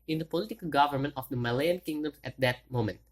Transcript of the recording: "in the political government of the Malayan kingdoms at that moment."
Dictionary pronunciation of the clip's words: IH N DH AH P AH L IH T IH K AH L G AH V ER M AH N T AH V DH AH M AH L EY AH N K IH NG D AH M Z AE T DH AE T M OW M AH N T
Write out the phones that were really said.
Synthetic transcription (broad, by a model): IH N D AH P AH L IH T IH K AH L G AH V ER M AH N T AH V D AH M AH L EY AH N K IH NG D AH M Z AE T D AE T M OW M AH N T